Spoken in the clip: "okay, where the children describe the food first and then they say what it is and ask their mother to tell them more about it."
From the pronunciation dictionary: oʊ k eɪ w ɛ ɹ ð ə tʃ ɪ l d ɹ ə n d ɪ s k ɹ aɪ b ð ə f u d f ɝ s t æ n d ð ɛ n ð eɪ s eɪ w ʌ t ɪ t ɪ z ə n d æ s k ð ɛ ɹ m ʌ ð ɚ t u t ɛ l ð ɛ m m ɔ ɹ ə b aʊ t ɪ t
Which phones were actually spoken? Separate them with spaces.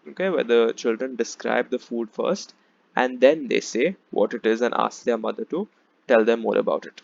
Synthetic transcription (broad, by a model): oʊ k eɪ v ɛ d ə tʃ ɪ l d ɹ ə n d ɪ s k ɹ aɪ b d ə f u d f ɝ s t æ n d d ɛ n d eɪ s eɪ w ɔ t ɪ t ɪ z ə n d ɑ s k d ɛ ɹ m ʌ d ɚ t u t ɛ l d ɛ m m ɔ ɹ ə b aʊ t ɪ t